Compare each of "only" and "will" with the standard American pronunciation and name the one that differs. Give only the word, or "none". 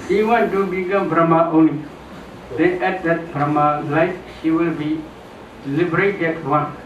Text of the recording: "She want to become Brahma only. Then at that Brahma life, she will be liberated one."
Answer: none